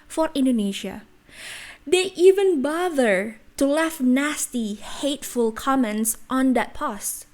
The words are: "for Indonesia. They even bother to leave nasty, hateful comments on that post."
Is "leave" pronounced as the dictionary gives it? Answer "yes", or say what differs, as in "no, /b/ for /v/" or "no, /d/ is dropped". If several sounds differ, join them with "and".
no, /f/ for /v/